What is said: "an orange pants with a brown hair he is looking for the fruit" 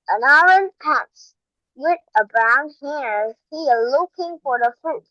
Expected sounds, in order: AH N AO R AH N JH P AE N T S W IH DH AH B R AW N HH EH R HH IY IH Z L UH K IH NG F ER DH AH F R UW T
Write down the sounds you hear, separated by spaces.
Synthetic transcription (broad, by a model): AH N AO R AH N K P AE T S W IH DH AH B R AW N HH EH R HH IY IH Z L UH K IH NG F ER DH AH F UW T